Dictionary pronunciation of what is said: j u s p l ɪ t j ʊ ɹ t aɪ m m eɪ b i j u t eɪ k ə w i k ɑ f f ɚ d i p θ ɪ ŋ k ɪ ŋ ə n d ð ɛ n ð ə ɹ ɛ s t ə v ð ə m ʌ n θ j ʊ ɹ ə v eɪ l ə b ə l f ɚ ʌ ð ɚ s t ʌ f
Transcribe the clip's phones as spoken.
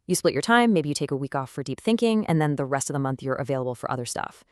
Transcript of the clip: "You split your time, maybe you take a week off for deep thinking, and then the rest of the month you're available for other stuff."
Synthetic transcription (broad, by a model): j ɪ s p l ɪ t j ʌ ɹ t aɪ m m eɪ b i j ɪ t eɪ k ə w i k ɑ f f ɚ d i p θ ɪ ŋ k ɪ ŋ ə n ð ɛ n ð ə ɹ ɛ s t ə v ð ə m ʌ n θ j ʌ ɹ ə v eɪ l ə b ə l f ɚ ʌ ð ɚ s t ʌ f